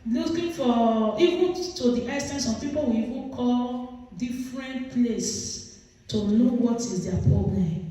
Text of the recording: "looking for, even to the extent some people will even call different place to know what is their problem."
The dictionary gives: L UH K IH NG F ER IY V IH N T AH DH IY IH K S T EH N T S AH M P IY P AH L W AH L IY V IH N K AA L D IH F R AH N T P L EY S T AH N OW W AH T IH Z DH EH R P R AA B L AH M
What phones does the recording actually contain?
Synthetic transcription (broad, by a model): L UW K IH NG F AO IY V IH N T AH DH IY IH S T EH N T S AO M P IY P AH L W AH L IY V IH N K AA L D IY F R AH N T P L EY S T AH N OW W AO T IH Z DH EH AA P R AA B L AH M